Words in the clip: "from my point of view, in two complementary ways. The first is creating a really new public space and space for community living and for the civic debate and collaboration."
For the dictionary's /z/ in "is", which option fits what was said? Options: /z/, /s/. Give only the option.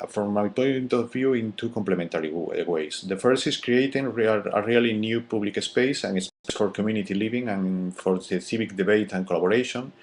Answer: /s/